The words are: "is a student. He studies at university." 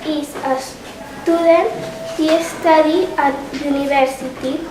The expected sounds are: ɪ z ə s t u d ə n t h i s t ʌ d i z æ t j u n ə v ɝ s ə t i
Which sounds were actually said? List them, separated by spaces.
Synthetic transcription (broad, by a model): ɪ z ə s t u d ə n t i s t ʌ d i ɑ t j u n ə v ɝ s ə t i